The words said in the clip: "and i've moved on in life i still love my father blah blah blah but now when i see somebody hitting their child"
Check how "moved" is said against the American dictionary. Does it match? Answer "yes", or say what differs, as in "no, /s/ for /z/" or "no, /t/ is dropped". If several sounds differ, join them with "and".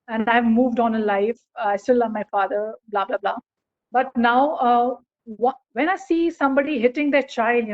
yes